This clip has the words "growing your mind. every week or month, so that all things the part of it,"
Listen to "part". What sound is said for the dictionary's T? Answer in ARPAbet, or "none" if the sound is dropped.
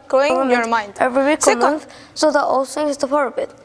none